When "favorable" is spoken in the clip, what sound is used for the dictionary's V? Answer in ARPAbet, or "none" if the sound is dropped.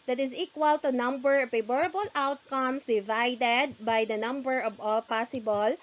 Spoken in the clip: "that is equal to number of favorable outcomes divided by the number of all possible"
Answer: B